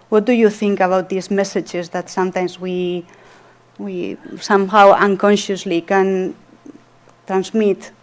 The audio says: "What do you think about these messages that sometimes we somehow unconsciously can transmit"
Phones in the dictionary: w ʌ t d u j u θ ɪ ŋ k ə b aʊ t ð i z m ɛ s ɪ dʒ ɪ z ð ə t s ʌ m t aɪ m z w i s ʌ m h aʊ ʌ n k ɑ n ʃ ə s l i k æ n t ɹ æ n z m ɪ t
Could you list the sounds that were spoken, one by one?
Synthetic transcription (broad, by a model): w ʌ t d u j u θ ɪ ŋ k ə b aʊ t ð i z m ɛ s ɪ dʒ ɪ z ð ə t s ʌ m t aɪ m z w i s ʌ m h aʊ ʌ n k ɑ n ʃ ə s l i k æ n t ɹ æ n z m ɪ t